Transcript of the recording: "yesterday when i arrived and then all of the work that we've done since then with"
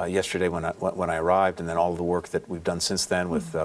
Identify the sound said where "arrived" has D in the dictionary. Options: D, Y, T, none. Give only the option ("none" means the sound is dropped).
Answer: D